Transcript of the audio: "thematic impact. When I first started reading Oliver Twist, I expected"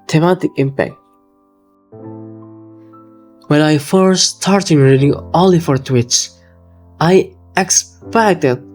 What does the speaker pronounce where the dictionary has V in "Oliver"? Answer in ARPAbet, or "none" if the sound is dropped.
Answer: F